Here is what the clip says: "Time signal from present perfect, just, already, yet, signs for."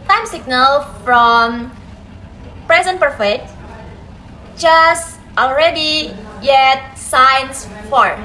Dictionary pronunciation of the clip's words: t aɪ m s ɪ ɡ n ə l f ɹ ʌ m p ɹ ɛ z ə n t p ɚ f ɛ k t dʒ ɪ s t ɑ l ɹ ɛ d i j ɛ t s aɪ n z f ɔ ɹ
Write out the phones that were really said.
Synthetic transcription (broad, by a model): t aɪ m s ɪ ɡ n ə l f ɹ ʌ m p ɹ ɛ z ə n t p ɚ f ɛ k t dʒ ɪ s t ɑ l ɹ ɛ d i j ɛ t s aɪ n s f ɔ ɹ